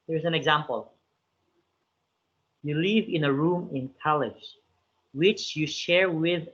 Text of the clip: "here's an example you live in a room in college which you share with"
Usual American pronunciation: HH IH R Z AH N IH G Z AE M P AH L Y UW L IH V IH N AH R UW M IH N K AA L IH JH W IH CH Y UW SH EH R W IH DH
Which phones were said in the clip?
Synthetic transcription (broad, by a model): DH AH R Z AH N IH G Z AE M P AH L Y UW L IH V IH N AH R UW M IH N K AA L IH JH W IH CH Y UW SH EH R W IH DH